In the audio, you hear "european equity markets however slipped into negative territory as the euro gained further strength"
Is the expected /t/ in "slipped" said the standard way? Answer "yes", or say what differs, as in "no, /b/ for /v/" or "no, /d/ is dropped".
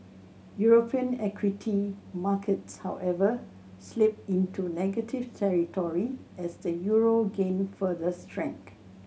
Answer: no, /t/ is dropped